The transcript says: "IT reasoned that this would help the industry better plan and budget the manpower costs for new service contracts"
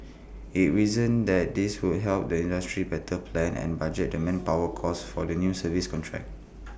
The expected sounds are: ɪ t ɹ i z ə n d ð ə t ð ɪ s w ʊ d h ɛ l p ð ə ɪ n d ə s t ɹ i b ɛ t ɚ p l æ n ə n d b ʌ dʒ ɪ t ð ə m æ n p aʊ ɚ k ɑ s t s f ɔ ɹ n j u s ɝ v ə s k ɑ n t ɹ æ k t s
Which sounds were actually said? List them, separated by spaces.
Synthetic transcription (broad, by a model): ɪ t ɹ i z ə n d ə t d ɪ s w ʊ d h ɛ l p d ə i n d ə s t ɹ i b ɛ t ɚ p l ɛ n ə n b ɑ dʒ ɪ t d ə m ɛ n p aʊ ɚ k ɑ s s f ɔ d n j u s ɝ v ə s k ɑ n t ɹ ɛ k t